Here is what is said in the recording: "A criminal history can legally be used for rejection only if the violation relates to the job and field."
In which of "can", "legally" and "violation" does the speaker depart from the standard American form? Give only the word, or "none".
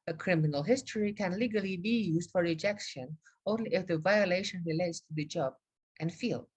none